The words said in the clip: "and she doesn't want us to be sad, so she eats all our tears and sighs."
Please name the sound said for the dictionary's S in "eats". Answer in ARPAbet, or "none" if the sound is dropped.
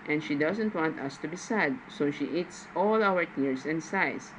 S